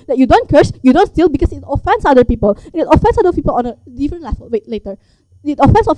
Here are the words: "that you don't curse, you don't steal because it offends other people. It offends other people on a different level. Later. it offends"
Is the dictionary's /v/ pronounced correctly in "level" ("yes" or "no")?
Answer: no